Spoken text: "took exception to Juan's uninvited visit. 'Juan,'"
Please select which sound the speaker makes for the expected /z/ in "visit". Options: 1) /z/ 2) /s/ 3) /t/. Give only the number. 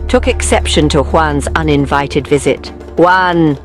1